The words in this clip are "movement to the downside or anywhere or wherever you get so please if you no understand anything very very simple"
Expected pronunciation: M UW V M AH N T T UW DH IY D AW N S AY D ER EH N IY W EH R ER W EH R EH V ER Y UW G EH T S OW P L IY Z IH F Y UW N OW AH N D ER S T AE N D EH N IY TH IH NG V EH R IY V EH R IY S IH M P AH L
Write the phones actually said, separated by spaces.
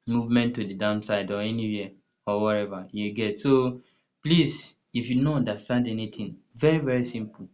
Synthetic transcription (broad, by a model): M UW V M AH N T T UW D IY D AW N S AY D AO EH N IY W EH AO W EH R EH V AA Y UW G EH T S OW P L IY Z IH F Y UW N OW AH N D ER S T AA N D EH N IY T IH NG V EH R IY V EH R IY S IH M P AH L